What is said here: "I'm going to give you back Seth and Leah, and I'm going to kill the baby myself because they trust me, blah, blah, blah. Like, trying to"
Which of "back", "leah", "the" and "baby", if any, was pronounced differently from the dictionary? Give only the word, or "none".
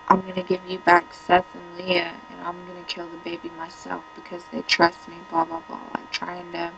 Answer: none